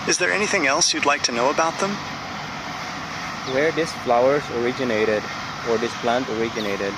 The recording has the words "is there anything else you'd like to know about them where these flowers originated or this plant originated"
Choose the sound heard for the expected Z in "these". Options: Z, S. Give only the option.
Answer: S